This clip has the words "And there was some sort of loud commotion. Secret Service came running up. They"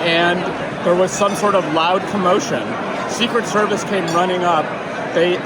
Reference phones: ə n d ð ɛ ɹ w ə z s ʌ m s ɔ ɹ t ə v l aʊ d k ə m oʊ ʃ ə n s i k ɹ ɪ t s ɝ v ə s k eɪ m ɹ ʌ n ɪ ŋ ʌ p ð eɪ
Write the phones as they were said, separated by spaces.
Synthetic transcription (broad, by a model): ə n ð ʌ ɹ w ə z s ʌ m s ɔ ɹ t ə v l aʊ d k ə m oʊ ʃ ə n s i k ɹ ɪ t s ɝ v ə s k eɪ m ɹ ʌ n ɪ ŋ ʌ p ð eɪ